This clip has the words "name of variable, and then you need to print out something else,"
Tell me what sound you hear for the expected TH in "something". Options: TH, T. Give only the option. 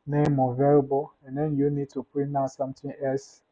T